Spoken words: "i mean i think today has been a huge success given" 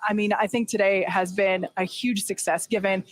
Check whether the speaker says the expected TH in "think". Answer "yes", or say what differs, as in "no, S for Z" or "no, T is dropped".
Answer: yes